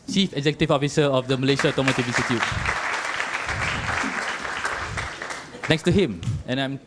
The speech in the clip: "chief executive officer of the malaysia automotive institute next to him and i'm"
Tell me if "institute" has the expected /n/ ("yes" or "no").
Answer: no